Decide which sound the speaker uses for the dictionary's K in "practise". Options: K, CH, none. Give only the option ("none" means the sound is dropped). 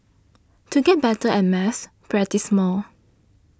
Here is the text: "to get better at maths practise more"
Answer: none